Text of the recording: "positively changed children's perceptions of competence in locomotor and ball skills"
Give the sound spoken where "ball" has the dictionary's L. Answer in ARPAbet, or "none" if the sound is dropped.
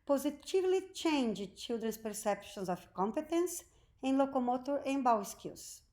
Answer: W